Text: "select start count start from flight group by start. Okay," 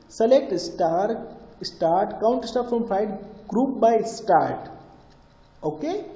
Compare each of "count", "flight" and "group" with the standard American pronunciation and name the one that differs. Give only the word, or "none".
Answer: flight